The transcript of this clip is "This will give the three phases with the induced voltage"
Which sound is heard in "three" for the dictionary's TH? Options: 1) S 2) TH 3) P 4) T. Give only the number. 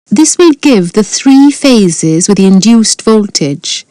2